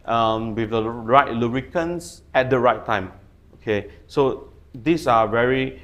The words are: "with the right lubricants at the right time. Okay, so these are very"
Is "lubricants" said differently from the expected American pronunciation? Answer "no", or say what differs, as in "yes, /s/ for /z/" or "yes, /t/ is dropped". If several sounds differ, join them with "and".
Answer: yes, /b/ is dropped